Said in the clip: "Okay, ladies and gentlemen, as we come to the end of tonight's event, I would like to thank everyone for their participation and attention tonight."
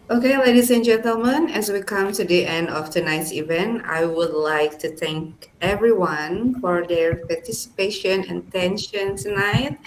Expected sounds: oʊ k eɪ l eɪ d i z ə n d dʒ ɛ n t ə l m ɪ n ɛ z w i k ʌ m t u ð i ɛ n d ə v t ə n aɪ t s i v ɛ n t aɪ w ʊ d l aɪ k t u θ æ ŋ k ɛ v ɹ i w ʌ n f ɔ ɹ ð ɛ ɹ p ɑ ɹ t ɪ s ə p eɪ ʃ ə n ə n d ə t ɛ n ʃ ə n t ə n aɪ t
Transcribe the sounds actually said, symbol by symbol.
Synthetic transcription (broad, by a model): oʊ k eɪ l eɪ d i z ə n dʒ ɛ n t ə l m ɪ n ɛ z w i k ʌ m t u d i ɛ n d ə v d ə n aɪ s i v ɛ n t aɪ w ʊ d l aɪ k t u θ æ ŋ k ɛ v ɹ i w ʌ n f ɔ ɹ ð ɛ ɹ p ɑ ɹ t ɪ s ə p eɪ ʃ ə n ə n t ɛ n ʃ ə n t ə n aɪ t